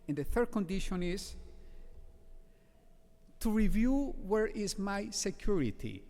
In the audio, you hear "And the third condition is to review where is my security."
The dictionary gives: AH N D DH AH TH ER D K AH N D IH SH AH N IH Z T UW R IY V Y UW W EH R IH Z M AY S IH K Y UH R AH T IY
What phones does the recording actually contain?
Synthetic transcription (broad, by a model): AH N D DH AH TH ER D K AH N D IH SH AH N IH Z T UW R IY V Y UW W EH R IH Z M AY S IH K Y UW R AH T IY